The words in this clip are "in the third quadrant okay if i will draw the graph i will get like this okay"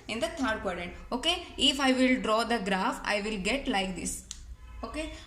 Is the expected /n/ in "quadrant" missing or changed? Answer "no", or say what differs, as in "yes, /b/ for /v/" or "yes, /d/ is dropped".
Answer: yes, /n/ is dropped